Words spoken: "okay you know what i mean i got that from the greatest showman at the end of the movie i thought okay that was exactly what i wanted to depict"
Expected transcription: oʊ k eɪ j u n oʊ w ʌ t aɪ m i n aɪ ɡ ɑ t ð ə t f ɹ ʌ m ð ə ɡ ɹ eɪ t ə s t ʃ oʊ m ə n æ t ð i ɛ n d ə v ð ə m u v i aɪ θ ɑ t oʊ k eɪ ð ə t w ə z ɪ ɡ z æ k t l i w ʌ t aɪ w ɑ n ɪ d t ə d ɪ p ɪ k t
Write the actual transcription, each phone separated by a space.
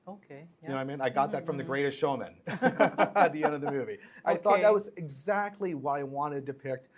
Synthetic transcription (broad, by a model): oʊ k eɪ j n oʊ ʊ aɪ m i n aɪ ɡ ɑ t ð ə t f ɹ ʌ m ð ə ɡ ɹ eɪ t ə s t ʃ oʊ m ə n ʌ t ð i ɛ n d ə v ð ə m u v i aɪ θ ɑ t ð ə t w ə z ɪ ɡ z æ k t l i w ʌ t aɪ w ɑ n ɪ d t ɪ p ɪ k t